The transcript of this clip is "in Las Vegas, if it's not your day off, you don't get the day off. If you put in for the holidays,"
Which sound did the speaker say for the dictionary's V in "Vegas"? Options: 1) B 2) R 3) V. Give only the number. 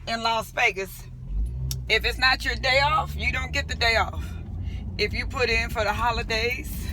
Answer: 1